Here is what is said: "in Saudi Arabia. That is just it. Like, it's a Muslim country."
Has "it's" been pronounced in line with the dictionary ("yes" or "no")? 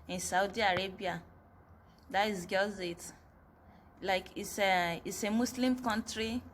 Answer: no